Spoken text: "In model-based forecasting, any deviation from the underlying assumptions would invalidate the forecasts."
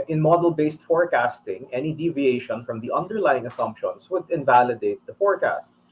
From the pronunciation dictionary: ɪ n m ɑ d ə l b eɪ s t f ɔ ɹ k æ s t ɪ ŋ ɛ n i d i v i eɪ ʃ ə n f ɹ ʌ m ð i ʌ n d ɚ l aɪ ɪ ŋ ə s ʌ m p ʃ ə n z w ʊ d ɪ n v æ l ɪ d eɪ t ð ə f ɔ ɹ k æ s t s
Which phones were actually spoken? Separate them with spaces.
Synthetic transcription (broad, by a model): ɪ n m ɑ d ə l b eɪ s t f ɔ ɹ k æ s t ɪ ŋ ɛ n i d i v i eɪ ʃ ə n f ɹ ʌ m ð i ʌ n d ɚ l aɪ ɪ ŋ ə s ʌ m p ʃ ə n s w ʊ d ɪ n v æ l ɪ d eɪ t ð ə f ɔ ɹ k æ s t s